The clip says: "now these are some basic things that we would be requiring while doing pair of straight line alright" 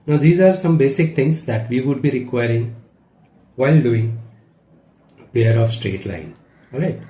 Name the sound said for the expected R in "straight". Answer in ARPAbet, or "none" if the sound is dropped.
R